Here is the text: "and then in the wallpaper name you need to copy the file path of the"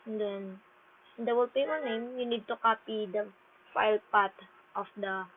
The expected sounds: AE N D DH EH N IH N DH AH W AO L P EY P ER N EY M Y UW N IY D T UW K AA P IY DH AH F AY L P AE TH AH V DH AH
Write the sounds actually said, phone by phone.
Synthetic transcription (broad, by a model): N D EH N IH N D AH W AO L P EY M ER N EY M Y UW N IY D T UW K AA P IY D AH F AY L P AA T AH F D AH